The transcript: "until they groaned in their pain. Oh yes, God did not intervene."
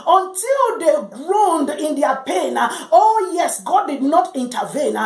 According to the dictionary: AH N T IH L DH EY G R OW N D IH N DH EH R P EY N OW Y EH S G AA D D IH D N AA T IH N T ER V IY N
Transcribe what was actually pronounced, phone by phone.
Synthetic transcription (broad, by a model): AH N T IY L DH EY G R OW N D IH N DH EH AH P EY N OW Y EH S G AA D D IH D N AA T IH N T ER V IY N